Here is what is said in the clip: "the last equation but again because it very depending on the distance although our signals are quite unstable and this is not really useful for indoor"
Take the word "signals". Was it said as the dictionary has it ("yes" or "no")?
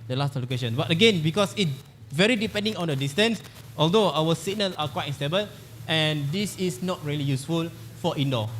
no